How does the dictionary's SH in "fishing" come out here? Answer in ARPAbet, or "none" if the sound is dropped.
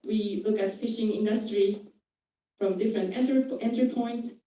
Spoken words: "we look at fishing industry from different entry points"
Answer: SH